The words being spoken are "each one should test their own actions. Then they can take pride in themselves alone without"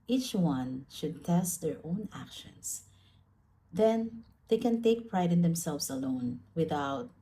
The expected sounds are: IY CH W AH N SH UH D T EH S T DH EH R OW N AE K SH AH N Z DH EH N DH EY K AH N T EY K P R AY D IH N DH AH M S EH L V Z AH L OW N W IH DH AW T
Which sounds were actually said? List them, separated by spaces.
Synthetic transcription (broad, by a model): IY CH W AH N SH UH D T EH S T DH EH R OW N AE K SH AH N S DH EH N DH EY K AH N T EY K P R AY D IH N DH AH M S EH L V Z AH L OW N W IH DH AW T